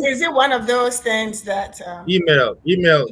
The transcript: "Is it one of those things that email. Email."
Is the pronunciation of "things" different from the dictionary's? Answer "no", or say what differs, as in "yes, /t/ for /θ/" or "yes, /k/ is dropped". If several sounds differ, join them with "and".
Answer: no